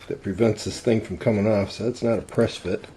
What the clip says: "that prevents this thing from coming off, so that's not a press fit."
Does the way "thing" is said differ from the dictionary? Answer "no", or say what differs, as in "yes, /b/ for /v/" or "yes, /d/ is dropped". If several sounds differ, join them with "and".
no